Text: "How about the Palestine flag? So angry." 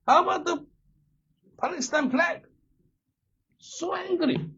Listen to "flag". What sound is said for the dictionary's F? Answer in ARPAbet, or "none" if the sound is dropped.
P